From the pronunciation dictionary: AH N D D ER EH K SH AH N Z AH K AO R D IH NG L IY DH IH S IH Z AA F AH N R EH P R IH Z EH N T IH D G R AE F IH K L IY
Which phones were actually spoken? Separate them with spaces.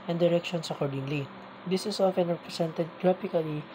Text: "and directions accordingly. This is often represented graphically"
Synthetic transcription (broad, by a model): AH N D D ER EH K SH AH N S AH K AO R D IH NG L IY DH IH S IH S AA F AH N R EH P R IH S EH N T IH D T R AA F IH K L IY